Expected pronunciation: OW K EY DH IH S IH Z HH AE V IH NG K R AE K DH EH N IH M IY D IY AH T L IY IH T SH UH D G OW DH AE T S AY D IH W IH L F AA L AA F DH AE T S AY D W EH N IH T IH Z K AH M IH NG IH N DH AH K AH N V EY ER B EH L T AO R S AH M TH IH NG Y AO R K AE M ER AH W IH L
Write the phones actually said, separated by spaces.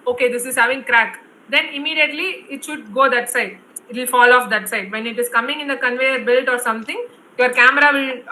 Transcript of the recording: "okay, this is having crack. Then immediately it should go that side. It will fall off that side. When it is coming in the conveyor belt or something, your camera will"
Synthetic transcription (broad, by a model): OW K EY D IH S IH Z HH AE V IH NG K R AE K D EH N IH M IY D IY AH T L IY IH T SH UH D G OW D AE T S AY D IH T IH L F AA L AA F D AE T S AY D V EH N IH T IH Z K AH M IH NG IH N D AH K AH N V EY ER B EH L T AO R S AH M T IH NG Y AO R K AE M ER AH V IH L